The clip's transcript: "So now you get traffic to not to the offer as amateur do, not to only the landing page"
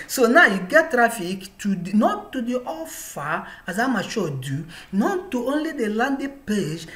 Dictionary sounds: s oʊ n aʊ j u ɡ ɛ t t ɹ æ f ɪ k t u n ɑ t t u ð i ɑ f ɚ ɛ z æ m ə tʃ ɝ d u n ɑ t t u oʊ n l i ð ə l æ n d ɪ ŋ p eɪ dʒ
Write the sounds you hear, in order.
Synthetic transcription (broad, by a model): s oʊ n aʊ j u ɡ ɛ t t ɹ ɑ f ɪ k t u n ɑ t t u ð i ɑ f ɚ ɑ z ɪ m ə ʃ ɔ d u n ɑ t t u oʊ n l i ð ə l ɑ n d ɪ p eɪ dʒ